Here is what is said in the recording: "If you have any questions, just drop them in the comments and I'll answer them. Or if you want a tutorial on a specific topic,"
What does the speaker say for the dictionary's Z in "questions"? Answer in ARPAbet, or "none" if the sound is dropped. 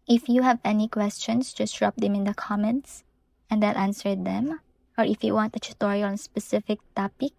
S